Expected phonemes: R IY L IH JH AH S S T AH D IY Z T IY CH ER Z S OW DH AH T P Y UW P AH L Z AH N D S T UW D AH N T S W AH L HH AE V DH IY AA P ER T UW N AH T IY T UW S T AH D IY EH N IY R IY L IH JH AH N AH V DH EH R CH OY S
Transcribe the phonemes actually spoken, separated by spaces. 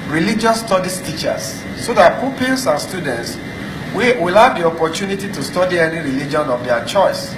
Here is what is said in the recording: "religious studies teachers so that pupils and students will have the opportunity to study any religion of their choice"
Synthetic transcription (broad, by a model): R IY L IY JH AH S S T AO D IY S T IY CH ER S OW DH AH T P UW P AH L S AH N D S T UW D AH N T S W AH L HH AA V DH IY AA P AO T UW N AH T IY T UW S T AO D IY EH N IY R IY L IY JH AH N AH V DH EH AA CH OY S